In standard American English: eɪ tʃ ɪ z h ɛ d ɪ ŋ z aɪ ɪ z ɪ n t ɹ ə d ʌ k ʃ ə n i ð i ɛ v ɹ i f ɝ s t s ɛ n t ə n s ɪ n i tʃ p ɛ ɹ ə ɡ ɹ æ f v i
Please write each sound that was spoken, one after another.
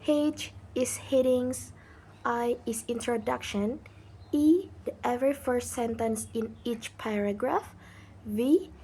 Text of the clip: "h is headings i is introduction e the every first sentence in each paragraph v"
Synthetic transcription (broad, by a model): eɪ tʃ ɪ s h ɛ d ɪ ŋ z aɪ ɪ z ɪ n t ɹ ə d ʌ k ʃ ə n i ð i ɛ v ɹ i f ɝ s t s ɛ n t ə n s ɪ n i tʃ p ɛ ɹ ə ɡ ɹ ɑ f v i